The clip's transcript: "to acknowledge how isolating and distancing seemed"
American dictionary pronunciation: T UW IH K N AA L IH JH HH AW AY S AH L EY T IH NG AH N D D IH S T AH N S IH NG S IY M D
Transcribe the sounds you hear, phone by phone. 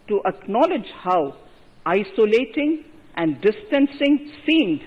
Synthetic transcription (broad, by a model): T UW IH K N AA L IH JH HH AW AY S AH L EY T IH NG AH N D D IH S T AH N S IH NG S IY M D